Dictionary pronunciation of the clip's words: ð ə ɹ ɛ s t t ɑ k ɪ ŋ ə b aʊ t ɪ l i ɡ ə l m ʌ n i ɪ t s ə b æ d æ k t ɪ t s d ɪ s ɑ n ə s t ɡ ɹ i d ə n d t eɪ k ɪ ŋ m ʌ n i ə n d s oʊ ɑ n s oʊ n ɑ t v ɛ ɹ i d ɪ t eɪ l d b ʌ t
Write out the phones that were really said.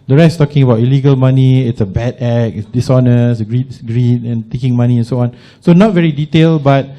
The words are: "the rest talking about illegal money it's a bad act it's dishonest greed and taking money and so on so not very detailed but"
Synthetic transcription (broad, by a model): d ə ɹ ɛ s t t ɑ k ɪ ŋ ə b aʊ t ɪ l i ɡ ə l m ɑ n i ɪ t s ə b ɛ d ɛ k ɪ t s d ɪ s ɑ n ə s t ɡ ɹ i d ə n t eɪ k ɪ ŋ m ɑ n i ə n s oʊ ɑ n s oʊ n ɑ t v ɛ ɹ i d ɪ t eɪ l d b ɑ t